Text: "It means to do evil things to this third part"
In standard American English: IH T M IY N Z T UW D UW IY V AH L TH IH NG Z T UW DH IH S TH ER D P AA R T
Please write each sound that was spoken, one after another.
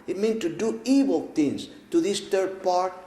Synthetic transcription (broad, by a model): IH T M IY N T UW D UW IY W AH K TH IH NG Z T UW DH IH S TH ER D P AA R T